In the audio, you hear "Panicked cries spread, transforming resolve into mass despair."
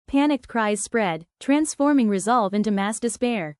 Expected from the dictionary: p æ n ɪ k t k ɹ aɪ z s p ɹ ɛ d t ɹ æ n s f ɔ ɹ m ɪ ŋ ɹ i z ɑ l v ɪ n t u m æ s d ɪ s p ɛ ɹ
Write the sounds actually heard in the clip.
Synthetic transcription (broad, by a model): p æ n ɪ k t k ɹ aɪ z s p ɹ ɛ d t ɹ æ n s f ɔ ɹ m ɪ ŋ ɹ i z ɑ l v ɪ n t u m æ s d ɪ s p ɛ ɹ